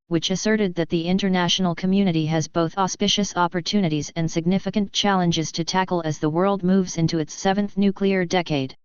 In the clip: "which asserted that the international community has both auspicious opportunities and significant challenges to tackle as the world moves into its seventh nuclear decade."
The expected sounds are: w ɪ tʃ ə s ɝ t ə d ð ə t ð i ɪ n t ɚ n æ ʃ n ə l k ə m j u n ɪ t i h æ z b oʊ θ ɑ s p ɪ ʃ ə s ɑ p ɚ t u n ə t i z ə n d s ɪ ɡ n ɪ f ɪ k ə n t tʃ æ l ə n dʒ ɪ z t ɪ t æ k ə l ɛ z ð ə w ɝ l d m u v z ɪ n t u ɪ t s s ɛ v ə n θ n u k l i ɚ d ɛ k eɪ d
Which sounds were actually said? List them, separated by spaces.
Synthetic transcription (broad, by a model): w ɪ tʃ ə s ɝ t ə d ð ə t ð i ɪ n t ɚ n æ ʃ n l k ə m j u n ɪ t i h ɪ z b oʊ θ ɑ s p ɪ ʃ ə s ɑ p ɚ t u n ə t i z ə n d s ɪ ɡ n ɪ f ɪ k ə n tʃ æ l ə n dʒ ɪ z t ɪ t æ k l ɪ z ð ə w ɝ l d m u v z ɪ n t u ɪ t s s ɛ v ə n θ n u k l i ɚ d ɛ k eɪ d